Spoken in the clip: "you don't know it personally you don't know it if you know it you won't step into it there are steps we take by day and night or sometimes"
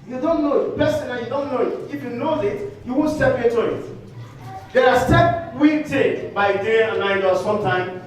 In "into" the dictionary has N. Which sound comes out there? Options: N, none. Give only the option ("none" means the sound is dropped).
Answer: none